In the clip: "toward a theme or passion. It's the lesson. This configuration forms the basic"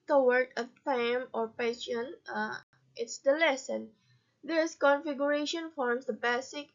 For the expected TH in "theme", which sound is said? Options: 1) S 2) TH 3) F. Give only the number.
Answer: 3